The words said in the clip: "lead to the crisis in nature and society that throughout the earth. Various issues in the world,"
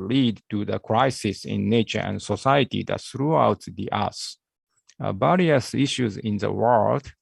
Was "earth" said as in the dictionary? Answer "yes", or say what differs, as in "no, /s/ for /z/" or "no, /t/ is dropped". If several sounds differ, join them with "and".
no, /s/ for /θ/